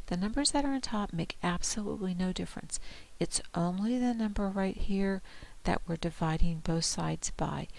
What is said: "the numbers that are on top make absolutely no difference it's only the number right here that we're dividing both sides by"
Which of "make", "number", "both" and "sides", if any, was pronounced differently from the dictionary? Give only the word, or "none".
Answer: none